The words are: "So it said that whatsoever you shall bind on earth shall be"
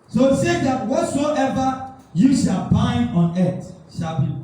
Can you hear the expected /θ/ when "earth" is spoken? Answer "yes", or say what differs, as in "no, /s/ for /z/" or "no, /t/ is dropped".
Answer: no, /t/ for /θ/